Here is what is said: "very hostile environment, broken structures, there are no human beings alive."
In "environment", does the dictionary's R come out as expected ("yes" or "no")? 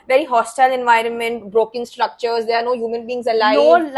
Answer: yes